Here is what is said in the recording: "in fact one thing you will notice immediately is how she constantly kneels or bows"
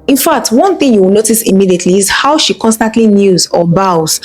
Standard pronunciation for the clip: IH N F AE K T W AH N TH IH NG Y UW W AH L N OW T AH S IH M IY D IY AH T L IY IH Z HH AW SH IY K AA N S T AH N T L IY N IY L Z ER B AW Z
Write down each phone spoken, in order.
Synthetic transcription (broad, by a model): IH N F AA K T W AH N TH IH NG Y UW W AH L N OW T AH S IH M IY D IY AH T L IY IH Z HH AW SH IY K AA N S T AH N T L IY N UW Z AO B AW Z